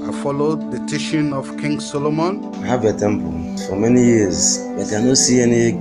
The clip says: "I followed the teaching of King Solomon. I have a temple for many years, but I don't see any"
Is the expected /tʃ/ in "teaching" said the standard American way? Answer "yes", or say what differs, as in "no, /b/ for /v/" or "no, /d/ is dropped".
no, /ʃ/ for /tʃ/